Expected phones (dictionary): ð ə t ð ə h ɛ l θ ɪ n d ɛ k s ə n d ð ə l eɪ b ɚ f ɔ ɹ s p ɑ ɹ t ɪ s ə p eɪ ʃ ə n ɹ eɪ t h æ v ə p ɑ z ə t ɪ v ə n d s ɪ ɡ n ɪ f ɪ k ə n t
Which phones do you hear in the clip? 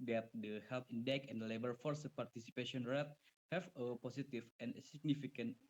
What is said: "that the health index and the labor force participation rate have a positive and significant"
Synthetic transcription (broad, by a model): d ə t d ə h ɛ l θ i n d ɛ k ə n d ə l eɪ b ɚ f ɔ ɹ s p ɑ ɹ t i s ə p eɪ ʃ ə n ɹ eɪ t h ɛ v ə p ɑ s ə t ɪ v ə n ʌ s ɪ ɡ n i f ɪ k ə n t